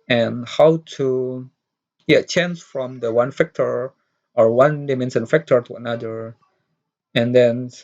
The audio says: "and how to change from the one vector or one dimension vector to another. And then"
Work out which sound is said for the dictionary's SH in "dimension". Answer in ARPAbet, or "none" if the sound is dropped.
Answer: S